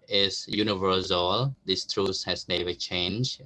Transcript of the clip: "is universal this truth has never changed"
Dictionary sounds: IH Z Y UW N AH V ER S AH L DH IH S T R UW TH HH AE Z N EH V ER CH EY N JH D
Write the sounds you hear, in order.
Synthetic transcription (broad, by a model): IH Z Y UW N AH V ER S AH L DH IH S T R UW S HH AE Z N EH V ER CH EY N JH